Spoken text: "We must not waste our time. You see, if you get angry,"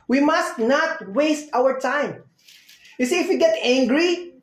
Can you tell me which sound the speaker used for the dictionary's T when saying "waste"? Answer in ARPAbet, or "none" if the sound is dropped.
T